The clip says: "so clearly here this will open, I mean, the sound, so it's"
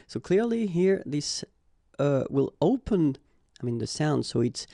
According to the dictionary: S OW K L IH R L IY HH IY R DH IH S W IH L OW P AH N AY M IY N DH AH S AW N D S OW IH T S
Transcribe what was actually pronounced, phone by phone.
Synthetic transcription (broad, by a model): S OW K L IH R L IY HH IY R DH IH S W IH L OW P AH N AY M IY N DH AH S AW N D S OW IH T S